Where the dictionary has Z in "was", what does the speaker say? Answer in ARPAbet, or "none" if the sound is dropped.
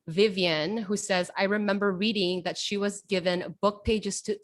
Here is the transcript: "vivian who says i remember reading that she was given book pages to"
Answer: Z